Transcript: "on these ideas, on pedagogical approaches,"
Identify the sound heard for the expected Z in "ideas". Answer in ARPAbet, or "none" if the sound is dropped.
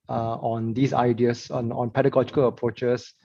S